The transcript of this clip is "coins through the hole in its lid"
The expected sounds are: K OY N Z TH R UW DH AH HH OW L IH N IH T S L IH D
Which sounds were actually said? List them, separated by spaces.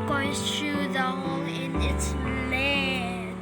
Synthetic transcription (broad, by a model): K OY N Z T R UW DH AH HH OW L IH N IH T S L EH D